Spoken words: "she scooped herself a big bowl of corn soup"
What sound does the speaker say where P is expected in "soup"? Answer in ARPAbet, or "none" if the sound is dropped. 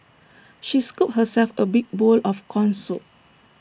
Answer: none